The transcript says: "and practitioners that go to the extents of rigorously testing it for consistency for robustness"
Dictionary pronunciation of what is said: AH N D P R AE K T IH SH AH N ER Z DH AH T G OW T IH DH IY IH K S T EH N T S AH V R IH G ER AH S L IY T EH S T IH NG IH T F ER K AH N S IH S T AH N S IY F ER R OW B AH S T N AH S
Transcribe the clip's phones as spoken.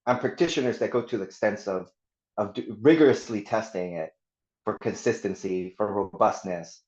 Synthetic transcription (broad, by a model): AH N P R AE K T IH SH AH N ER Z DH AH T G OW T IH DH IY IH K S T EH N T S AH V R IH G ER AH S L IY T EH S T IH NG IH T F ER K AH N S IH S T AH N S IY F ER R OW B AH S T N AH S